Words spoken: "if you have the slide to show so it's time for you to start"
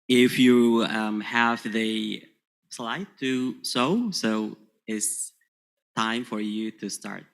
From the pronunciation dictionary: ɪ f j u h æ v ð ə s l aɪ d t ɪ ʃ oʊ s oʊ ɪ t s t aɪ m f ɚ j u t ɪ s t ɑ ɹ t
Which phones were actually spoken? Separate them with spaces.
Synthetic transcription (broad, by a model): ɪ f j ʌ h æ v ð ə s l aɪ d t ɪ s oʊ s oʊ ɪ t s t aɪ m f ɚ j u t ɪ s t ɑ ɹ t